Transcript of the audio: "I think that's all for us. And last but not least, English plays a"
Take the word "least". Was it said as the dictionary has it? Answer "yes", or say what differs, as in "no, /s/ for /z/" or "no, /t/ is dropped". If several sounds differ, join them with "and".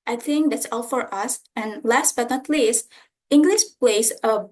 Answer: yes